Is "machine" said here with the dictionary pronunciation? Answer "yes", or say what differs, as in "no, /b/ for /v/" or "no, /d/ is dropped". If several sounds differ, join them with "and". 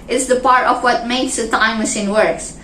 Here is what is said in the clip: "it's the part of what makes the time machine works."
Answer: no, /s/ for /ʃ/